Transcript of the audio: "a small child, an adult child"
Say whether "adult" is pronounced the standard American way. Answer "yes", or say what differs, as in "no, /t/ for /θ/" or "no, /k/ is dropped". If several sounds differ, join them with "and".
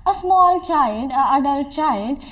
no, /l/ is dropped